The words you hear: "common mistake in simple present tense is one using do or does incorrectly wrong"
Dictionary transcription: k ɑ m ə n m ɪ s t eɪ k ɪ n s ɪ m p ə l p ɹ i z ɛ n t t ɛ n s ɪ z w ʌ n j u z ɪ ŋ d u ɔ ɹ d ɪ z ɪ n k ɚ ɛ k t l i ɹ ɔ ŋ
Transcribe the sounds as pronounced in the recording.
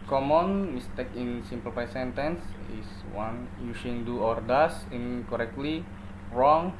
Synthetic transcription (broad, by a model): k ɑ m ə n m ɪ s t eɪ k ɪ n s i m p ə l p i s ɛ n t t ɛ n s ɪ s w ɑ n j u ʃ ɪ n d u ɔ ɹ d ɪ s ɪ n k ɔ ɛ k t l i ɹ ɔ ŋ